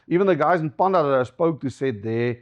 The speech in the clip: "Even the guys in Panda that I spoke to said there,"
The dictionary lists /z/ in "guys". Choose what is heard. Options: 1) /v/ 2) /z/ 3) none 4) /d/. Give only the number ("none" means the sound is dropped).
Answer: 2